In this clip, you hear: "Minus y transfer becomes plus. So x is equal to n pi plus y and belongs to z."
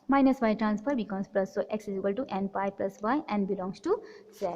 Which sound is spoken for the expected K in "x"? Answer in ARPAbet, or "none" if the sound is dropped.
K